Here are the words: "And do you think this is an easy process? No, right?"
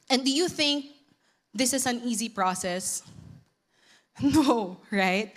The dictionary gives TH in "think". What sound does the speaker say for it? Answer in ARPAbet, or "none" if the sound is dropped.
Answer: TH